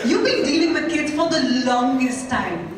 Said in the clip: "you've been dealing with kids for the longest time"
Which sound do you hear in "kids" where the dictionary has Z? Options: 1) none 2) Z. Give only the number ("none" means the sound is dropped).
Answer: 1